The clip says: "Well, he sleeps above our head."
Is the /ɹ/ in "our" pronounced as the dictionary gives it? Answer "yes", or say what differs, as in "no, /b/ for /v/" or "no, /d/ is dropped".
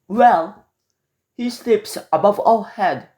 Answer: no, /l/ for /ɹ/